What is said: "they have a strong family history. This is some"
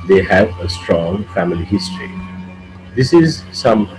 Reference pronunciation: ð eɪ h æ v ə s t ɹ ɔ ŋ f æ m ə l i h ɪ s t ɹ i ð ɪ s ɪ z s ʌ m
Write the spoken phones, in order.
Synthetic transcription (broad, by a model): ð eɪ h æ v ə s t ɹ ɔ ŋ f æ m ə l i h ɪ s t ɹ i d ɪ s ɪ z s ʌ m